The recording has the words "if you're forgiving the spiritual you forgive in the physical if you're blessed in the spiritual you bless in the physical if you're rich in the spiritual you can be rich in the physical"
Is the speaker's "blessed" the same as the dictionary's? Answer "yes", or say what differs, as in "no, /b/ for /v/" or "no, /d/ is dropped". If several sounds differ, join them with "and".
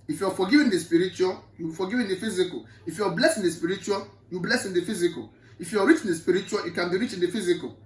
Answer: no, /t/ is dropped